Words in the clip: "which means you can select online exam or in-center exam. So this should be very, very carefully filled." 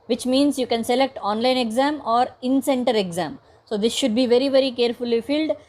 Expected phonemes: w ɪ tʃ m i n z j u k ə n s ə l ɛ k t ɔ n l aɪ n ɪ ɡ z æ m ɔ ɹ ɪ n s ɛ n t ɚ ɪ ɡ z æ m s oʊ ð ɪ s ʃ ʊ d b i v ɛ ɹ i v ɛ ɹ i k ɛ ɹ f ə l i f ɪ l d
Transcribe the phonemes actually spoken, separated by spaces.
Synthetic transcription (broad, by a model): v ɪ tʃ m i n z j u k ə n s ə l ɛ k t ɔ n l aɪ n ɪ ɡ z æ m ɔ ɹ ɪ n s ɛ n t ɚ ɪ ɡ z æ m s oʊ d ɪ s ʃ ʊ d b i v ɛ ɹ i v ɛ ɹ i k ɛ ɹ f ə l i f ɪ l d